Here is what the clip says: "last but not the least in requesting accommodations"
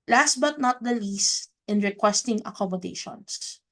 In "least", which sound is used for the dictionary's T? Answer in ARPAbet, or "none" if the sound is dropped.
T